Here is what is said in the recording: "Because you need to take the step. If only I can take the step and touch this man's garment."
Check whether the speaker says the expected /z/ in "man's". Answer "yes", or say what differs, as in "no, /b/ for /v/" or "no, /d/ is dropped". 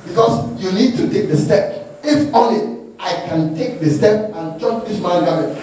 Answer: no, /z/ is dropped